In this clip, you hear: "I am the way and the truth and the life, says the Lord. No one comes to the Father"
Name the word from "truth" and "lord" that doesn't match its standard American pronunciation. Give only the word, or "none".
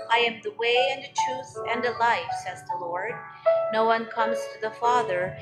none